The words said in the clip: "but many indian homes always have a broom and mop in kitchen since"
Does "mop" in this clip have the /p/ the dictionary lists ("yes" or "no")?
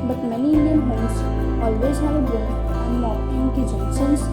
no